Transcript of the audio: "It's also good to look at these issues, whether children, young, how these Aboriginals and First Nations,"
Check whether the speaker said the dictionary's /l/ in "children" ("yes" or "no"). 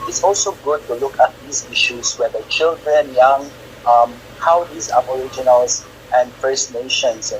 yes